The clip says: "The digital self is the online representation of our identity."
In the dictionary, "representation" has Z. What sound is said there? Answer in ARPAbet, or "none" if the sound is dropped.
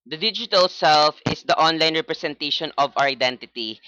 S